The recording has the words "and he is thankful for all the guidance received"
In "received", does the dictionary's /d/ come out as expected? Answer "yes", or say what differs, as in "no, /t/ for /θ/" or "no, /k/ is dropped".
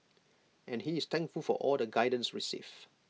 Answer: no, /d/ is dropped